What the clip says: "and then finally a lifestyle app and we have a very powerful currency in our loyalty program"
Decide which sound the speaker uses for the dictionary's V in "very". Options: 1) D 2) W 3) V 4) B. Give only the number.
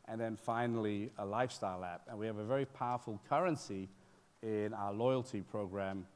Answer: 3